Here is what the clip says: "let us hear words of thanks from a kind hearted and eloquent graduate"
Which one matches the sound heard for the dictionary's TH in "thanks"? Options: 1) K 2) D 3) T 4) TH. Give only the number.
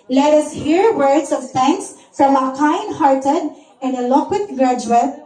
3